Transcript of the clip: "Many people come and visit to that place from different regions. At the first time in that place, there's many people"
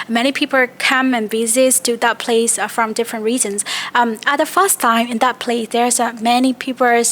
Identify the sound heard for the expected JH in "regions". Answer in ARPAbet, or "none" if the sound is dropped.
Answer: Z